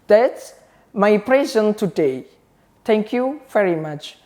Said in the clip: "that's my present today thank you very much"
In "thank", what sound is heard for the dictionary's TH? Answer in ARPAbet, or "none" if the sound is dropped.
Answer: T